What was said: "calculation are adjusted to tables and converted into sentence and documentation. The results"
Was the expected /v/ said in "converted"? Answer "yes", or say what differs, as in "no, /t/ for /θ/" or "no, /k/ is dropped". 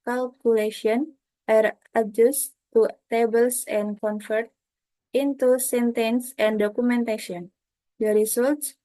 no, /f/ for /v/